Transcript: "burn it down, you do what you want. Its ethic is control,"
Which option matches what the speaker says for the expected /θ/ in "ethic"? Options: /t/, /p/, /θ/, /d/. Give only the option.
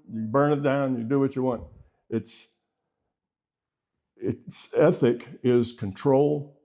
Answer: /θ/